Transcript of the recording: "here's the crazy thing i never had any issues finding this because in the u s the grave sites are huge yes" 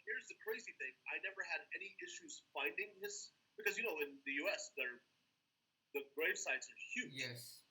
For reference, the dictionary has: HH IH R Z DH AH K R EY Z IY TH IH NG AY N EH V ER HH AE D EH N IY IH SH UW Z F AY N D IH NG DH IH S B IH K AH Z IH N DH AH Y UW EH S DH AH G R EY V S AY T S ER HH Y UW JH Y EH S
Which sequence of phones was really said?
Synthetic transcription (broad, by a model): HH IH R Z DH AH K R EY Z IY TH IH NG AY N EH V ER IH D EH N IY IH SH UW Z F AY N D IH NG DH IH S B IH K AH Z IH N DH AH Y UW EH S DH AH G R EY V S AY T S ER HH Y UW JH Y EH S